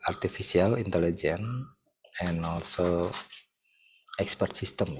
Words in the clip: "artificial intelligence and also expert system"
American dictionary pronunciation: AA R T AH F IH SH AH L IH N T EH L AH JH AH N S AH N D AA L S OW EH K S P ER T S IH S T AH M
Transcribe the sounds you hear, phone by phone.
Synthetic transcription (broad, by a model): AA R T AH F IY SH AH L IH N T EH L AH JH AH N AH N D AA L S OW EH K S P ER T S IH S T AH M